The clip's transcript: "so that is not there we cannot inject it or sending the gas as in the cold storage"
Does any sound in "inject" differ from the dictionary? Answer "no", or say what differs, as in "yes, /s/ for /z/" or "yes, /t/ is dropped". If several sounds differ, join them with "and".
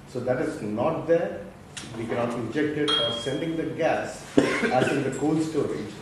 yes, /n/ is dropped